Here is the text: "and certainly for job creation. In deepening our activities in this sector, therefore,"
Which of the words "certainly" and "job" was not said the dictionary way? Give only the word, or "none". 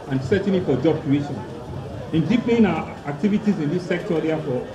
certainly